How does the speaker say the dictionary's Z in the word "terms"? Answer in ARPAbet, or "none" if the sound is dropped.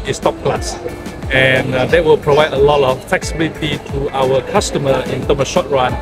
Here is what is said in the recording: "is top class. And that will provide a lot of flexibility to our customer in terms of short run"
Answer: none